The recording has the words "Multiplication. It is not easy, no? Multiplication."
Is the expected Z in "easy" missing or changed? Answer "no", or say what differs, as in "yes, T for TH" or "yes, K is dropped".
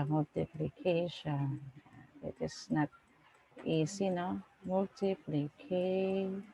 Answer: yes, S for Z